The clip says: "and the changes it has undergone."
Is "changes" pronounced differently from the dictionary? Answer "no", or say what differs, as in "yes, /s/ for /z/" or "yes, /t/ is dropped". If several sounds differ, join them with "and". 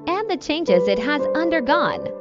no